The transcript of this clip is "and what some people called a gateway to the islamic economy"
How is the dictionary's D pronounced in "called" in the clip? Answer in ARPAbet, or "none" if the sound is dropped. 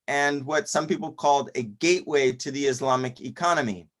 D